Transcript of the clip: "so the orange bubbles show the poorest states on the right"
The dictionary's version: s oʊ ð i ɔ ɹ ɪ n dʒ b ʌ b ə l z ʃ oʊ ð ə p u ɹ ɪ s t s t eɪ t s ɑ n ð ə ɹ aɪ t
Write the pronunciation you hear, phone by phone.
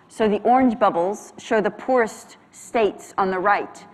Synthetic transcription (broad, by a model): s oʊ ð i ɔ ɹ ɪ n dʒ b ʌ b l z ʃ oʊ ð ə p u ɹ ɪ s t s t eɪ t s n ð ə ɹ aɪ t